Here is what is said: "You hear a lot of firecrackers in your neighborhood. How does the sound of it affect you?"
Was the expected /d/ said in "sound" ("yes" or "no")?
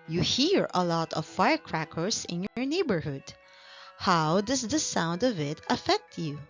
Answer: yes